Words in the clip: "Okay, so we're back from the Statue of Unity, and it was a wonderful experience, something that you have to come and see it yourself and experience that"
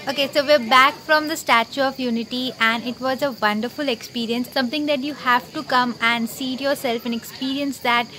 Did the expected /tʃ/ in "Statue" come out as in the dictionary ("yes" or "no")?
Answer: yes